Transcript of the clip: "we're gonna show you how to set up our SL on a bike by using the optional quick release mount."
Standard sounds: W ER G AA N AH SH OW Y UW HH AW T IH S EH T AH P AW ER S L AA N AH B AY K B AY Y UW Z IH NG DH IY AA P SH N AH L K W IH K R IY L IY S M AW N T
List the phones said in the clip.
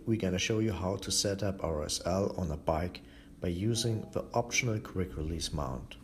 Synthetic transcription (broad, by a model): W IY G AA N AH SH OW Y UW HH AW T IH S EH T AH P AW ER S L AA N AH B AY K B AY Y UW Z IH NG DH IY AA P SH N AH L K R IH K R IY L IY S M AW N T